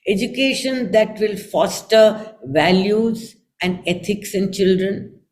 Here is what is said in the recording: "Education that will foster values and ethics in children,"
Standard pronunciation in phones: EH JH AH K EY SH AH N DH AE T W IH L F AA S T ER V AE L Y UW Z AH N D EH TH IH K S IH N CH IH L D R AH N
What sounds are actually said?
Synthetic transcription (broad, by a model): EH JH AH K EY SH AH N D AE T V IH L F AA S T ER V AE L Y UW Z AH N D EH T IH K S IH N CH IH L D R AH N